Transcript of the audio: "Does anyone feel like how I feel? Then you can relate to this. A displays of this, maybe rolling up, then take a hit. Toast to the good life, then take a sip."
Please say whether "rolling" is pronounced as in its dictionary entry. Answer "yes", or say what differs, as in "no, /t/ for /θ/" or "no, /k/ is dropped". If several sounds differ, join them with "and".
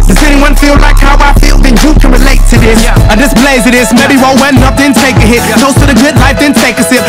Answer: no, /w/ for /ɹ/ and /l/ is dropped